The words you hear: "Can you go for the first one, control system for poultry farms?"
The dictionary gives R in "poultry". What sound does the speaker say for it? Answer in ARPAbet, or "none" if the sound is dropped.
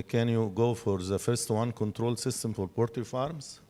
none